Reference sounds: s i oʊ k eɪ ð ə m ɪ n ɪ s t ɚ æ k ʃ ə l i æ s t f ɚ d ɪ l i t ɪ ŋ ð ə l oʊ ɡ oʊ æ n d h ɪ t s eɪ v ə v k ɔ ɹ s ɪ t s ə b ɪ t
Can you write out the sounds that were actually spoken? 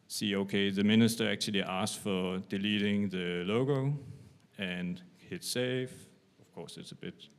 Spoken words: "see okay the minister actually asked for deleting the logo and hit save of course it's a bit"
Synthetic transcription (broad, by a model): s i oʊ k eɪ ð ə m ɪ n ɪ s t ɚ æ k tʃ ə l i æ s f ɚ d ɪ l i t ɪ ŋ ð ə l oʊ ɡ oʊ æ n h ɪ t s eɪ f ə v k ɔ s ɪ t s ə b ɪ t